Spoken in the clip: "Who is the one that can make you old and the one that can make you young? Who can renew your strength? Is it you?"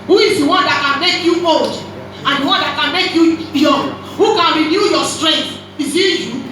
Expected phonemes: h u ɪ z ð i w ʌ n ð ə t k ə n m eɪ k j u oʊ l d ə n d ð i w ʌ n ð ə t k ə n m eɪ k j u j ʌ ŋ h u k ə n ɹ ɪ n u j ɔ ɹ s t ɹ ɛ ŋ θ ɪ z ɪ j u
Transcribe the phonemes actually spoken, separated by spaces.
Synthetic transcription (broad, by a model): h u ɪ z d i w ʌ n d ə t k ə n m eɪ k j u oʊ d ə n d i w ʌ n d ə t k ə n m eɪ k j u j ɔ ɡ h u k ə n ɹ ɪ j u j ɔ s t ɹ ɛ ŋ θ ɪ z ɪ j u